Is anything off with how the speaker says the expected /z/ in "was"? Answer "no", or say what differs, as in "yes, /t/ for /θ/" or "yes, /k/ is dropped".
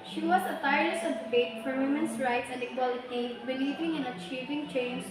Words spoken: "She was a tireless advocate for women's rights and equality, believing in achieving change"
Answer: yes, /s/ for /z/